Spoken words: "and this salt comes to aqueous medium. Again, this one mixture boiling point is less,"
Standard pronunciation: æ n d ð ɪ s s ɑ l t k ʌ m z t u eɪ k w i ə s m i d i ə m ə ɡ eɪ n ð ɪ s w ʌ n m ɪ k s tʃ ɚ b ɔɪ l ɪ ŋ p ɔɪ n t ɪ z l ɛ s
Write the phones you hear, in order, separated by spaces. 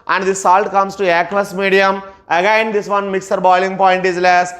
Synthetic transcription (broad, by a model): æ n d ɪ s s ɑ l t k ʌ m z t u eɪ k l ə s m i d i ə m ə ɡ eɪ n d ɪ s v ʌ n m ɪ k s ɚ b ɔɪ l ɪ ŋ p ɔɪ n t ɪ z l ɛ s